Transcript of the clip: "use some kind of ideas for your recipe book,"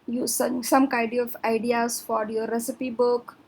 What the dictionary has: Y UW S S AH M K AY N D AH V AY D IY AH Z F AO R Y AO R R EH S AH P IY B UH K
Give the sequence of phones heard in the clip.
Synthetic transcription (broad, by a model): Y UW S S AH M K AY D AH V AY D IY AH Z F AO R Y AO R R EH S AH P IY B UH K